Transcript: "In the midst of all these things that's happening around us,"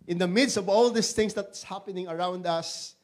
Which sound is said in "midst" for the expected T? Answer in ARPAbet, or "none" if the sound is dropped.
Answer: T